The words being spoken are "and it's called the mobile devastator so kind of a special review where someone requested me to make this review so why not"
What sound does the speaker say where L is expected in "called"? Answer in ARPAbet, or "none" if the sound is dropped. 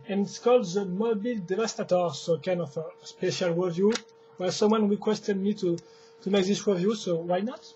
L